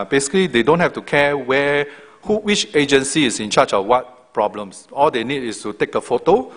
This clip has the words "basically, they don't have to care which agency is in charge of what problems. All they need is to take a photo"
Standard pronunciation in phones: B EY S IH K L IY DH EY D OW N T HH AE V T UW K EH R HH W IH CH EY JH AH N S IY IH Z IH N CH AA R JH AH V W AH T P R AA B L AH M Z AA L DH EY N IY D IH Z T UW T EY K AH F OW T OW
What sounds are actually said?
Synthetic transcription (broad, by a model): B EY S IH K L IY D EY D OW N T HH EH F T UW K EH W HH W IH CH EY JH AH N S IY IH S IH N CH AA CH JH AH F W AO T P R AA B L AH M S AA L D EY N IY D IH S T UW T EY K AH F OW T OW